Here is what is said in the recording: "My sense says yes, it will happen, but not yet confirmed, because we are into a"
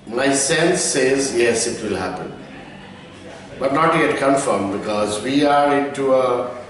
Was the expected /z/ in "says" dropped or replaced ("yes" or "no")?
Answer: no